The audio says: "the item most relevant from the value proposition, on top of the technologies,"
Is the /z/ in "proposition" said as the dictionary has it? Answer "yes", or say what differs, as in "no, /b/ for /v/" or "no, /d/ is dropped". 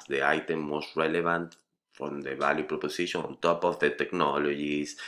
no, /s/ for /z/